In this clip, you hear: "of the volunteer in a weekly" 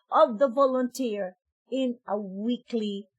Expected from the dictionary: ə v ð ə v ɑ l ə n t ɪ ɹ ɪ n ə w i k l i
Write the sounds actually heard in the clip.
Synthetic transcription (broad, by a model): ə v ð ə v ɑ l ə n t ɪ ɹ ɪ n ə w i k l i